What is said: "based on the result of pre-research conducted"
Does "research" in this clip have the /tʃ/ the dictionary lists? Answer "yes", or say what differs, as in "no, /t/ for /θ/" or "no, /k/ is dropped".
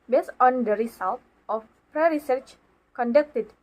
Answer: yes